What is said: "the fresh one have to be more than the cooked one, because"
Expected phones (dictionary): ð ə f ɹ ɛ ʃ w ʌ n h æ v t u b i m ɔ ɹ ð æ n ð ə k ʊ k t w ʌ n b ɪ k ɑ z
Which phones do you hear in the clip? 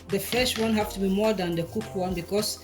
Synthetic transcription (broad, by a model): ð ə f ɛ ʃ w ʌ n h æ f t u b i m ɔ ɹ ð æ n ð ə k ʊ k w ʌ n b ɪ k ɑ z